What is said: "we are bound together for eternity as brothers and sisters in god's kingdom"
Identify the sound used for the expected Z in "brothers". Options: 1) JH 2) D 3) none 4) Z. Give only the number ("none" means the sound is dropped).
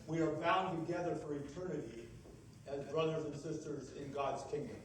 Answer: 4